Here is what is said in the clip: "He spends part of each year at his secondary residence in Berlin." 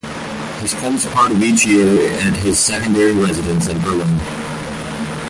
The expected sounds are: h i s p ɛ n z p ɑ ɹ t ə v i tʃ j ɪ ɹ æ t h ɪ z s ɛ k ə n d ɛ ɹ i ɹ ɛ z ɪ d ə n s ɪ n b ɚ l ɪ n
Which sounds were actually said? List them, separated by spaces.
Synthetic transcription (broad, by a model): h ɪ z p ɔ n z p ɑ ɹ t ə v i tʃ j ɪ ɹ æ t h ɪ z s ɛ k ə n d ɛ ɹ i ɹ ɛ z ɪ d ə n s ɪ n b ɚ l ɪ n